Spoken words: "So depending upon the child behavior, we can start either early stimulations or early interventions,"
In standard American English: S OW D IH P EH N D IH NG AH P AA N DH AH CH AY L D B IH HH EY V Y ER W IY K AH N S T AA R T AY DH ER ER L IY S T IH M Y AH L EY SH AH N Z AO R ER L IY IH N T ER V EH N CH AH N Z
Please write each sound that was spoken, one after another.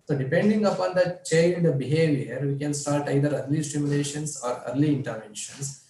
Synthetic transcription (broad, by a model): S OW D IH P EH N D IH NG AH P AA N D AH CH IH N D B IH HH EY V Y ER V IY K AH N S T AA R T AY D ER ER L IY S T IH M Y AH L EY SH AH N S AO R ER L IY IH N T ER V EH N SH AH N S